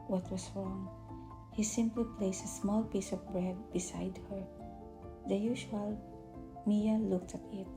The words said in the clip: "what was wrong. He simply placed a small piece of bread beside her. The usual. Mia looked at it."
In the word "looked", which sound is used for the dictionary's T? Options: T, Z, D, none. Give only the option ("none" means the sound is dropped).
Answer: T